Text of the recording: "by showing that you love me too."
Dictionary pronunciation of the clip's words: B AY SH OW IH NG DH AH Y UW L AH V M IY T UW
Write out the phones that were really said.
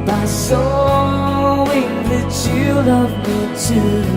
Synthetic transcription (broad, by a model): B AY S OW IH DH AH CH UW L AH V M IY T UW